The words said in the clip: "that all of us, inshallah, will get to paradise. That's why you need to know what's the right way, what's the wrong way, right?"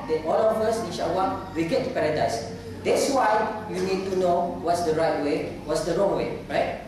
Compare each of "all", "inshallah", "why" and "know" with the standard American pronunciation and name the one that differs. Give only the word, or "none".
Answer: inshallah